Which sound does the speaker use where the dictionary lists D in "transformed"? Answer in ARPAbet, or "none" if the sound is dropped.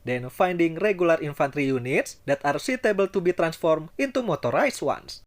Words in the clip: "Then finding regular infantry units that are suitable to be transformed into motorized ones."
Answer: none